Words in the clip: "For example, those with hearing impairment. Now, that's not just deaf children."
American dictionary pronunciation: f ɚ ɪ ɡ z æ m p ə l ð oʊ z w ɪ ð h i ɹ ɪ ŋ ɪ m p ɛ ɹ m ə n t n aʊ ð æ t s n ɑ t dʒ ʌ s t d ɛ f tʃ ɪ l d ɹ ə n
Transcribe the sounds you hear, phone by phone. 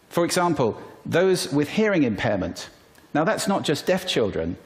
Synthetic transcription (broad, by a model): f ɚ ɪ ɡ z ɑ m p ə l ð oʊ z w ɪ ð h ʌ ɹ ɪ ŋ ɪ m p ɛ m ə n t n aʊ ð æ t s n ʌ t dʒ ʌ s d ɛ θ tʃ ɪ l d ɹ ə n